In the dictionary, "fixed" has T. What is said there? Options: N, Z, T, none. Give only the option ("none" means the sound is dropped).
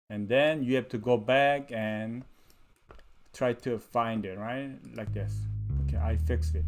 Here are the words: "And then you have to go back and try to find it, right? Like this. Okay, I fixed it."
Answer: none